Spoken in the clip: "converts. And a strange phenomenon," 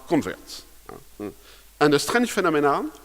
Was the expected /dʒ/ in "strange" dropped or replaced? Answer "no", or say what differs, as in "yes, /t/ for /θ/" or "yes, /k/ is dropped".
yes, /ʃ/ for /dʒ/